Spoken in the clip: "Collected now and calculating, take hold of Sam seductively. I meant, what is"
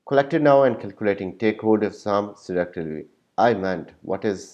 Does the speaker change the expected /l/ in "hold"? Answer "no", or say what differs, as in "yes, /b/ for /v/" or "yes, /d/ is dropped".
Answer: yes, /l/ is dropped